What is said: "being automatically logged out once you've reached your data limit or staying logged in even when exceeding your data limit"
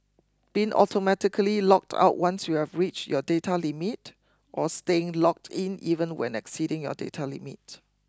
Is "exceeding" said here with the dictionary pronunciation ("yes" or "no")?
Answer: yes